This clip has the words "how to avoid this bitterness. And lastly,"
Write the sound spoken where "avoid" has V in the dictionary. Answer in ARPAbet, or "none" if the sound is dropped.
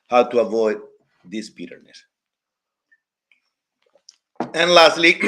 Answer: V